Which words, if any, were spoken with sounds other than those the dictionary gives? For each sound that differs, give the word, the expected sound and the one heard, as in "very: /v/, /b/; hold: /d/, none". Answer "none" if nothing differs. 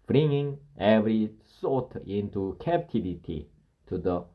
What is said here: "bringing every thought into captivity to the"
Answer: thought: /θ/, /s/